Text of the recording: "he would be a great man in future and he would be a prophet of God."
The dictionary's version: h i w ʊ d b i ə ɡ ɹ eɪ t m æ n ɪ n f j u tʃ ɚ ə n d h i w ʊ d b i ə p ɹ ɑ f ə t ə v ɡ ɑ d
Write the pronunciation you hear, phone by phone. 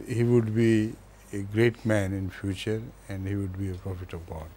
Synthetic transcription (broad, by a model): h i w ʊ d b i ə ɡ ɹ eɪ t m æ n ɪ n f j u tʃ ɚ ə n d h i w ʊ d b i ə p ɹ ɑ f ə t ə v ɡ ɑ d